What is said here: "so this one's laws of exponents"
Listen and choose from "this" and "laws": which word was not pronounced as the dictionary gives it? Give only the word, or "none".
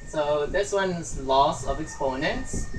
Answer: laws